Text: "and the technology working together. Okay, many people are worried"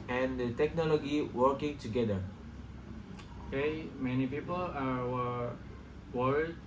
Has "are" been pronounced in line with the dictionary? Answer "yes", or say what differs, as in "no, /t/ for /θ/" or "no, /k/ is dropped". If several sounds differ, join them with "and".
no, /w/ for /ɹ/